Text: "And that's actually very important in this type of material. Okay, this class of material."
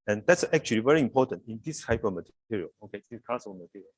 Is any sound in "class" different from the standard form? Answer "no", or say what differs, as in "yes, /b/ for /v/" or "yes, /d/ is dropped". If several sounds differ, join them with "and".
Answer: yes, /l/ is dropped